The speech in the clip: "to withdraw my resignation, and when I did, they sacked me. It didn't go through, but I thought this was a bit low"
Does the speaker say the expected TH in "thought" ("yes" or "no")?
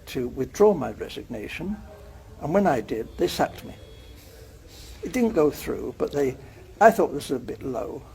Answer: yes